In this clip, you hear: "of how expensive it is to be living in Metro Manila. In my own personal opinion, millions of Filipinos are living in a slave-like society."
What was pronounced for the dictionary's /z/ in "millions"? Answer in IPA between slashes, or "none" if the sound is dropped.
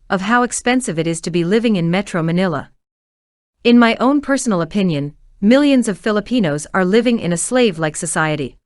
/z/